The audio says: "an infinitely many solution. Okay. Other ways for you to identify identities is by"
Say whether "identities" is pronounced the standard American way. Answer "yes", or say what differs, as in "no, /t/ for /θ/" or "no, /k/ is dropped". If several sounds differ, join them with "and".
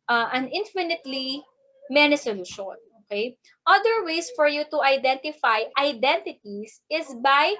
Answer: no, /s/ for /z/